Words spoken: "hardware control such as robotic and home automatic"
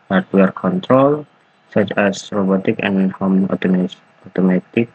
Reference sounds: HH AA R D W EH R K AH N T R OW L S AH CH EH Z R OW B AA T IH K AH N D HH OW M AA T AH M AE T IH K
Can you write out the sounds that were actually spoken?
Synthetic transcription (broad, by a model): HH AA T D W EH R K AH N T R OW L S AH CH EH S R OW B AA T IH K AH N HH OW M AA T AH M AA T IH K